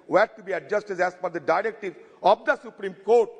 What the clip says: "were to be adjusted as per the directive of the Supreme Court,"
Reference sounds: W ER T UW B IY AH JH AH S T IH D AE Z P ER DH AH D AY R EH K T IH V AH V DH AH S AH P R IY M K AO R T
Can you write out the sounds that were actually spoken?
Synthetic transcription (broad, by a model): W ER T UW B IY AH JH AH S T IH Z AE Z F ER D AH D AY R EH K T IH V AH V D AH S AH P R IY M K AO R T